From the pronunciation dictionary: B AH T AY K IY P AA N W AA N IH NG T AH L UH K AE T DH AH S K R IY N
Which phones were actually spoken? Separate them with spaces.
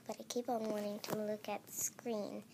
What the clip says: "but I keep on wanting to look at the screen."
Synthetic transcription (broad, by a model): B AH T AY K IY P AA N W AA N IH NG T AH L UH K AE T S K R IY N